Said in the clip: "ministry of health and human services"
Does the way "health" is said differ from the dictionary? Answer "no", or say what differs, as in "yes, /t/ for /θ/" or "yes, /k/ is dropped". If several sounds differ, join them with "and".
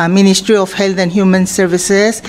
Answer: yes, /t/ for /θ/